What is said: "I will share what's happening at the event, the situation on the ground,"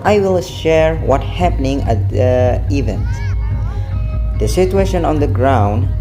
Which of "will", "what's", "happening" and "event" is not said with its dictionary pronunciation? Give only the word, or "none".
what's